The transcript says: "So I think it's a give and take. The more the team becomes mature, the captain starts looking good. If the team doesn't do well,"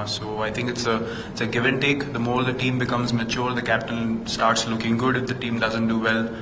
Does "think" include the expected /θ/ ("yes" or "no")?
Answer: no